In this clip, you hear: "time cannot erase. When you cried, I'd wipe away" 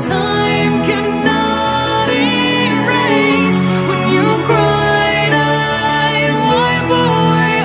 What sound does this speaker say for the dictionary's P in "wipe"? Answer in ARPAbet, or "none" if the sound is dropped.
B